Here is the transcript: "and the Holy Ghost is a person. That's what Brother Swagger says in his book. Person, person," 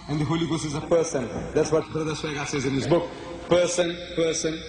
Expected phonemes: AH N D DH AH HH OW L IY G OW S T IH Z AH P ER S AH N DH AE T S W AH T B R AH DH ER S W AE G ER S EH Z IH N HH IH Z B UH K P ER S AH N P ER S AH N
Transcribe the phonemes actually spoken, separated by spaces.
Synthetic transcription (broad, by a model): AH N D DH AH HH OW L IY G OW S IH Z AH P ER S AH N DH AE T S W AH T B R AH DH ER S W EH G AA S EH Z IH N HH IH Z B UH K P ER S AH N P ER S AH N